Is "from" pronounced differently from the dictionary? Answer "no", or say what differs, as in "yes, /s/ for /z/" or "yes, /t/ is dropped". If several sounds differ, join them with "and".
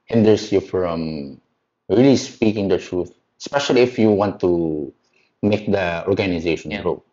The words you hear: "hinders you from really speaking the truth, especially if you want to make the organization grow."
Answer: no